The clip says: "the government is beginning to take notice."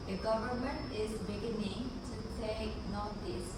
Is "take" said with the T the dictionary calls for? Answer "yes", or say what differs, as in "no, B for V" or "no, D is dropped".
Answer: no, S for T